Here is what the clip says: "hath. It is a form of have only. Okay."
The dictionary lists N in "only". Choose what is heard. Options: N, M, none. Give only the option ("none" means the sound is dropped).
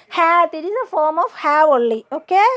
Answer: none